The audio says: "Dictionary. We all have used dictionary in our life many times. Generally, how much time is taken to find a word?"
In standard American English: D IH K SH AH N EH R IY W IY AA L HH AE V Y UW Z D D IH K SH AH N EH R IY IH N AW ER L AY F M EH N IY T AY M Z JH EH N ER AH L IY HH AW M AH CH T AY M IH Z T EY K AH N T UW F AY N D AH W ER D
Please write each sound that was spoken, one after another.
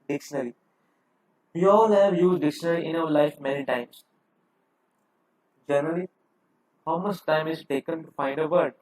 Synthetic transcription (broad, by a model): D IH K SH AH N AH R IY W IY AA L HH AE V Y UW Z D D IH K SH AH N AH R IY IH N AW ER L AY F M EH N IY T AY M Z JH EH N ER AH L IY HH AW M AH CH T AY M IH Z T EY K AH N T UW F AY N D AH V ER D